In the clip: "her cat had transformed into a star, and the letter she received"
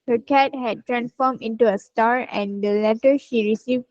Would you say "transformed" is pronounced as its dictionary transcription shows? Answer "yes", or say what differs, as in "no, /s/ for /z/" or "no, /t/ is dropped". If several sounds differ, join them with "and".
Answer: no, /d/ is dropped